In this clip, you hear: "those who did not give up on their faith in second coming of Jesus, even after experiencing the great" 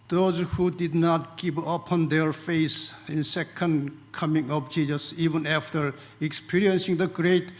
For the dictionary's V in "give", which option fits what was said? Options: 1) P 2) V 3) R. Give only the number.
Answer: 1